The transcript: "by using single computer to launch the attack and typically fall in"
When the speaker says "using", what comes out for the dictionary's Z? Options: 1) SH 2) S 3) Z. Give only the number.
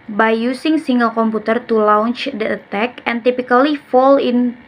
2